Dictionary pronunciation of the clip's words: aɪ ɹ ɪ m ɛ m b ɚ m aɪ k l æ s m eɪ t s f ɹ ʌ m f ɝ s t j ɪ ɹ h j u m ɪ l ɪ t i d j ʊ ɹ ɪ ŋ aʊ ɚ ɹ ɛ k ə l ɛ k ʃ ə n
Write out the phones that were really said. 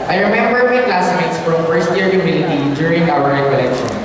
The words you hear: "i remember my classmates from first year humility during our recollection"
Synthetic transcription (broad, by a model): aɪ ɹ ɪ m ɛ m b ɚ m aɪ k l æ s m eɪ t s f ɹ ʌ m f ɝ s t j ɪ ɹ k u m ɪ n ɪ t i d j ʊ ɹ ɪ ŋ aʊ ɚ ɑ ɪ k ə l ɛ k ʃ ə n